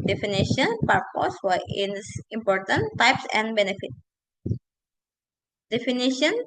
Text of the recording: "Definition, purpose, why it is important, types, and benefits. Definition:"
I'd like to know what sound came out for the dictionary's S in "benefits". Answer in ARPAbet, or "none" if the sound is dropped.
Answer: none